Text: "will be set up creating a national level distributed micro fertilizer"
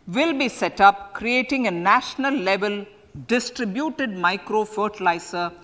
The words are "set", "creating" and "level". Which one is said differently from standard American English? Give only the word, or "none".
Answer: none